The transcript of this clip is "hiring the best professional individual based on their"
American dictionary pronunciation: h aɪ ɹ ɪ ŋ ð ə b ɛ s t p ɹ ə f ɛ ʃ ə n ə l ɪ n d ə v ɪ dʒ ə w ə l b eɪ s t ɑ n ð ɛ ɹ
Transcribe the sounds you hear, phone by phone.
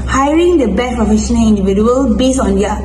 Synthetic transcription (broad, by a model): h aɪ ɹ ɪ ŋ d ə b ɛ t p ɹ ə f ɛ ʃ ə n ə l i n d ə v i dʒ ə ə l b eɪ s ɑ n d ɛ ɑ